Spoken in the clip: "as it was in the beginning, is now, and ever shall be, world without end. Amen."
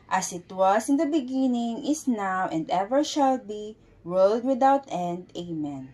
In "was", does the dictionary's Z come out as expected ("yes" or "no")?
no